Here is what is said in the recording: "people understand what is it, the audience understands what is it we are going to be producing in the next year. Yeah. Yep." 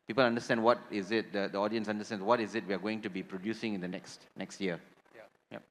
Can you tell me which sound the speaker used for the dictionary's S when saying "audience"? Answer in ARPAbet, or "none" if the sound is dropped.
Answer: S